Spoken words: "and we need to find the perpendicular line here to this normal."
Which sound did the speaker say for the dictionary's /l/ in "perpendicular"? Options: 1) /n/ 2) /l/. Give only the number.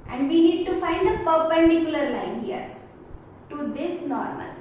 2